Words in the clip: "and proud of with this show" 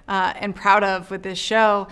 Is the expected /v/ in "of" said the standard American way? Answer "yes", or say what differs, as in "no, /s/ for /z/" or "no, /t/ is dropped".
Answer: yes